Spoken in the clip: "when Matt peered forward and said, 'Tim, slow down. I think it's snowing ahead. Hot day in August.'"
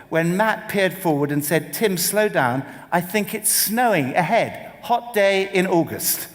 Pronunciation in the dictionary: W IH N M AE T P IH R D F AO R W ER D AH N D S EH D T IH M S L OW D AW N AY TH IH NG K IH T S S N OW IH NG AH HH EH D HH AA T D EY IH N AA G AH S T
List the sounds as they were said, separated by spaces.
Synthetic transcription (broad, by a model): W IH N M AE T P IH R D F AO R W ER D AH N S EH D T IH M S L OW D AW N AY TH IH NG K IH T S S N OW IH NG AH HH EH D HH AA T D EY IH N AA G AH S T